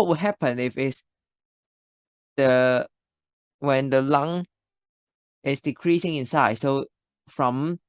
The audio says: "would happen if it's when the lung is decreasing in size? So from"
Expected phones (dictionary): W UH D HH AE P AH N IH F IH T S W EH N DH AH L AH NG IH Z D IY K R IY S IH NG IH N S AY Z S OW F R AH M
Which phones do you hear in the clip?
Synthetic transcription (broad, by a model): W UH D HH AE P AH N IH F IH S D W EH N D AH L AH NG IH S D IY K R IY S IH NG IH N S AY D S OW F R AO M